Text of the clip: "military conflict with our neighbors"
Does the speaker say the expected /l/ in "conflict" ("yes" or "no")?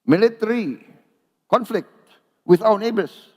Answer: yes